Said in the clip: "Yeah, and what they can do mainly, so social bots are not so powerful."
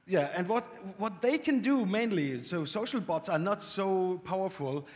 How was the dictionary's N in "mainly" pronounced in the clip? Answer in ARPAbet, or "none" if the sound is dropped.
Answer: N